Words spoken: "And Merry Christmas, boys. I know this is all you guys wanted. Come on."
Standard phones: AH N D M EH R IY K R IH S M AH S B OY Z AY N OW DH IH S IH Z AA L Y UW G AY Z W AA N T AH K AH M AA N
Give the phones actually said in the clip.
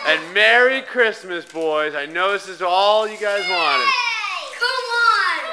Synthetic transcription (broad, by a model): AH N M EH R IY K R IH S M AH S B OY Z AY N OW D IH S IH Z AA L Y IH G AY Z W AA N T AH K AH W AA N